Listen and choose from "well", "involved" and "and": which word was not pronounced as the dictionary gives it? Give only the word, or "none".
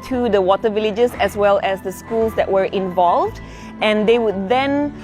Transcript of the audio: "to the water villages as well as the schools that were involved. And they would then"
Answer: none